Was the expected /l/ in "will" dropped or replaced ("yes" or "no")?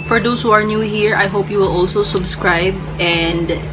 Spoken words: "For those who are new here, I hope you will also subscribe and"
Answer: no